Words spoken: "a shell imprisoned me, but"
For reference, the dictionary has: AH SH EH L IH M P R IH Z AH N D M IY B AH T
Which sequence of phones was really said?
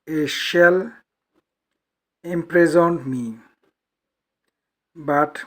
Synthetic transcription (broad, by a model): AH SH EH L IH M P R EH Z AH N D M IY B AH T